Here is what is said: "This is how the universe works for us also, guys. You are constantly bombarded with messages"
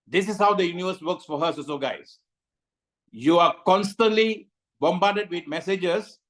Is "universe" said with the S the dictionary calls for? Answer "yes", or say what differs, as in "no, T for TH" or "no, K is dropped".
yes